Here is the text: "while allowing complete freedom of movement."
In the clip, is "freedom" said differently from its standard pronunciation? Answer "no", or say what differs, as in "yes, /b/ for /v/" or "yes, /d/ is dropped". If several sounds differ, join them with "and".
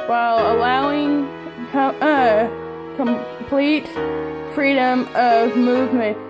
no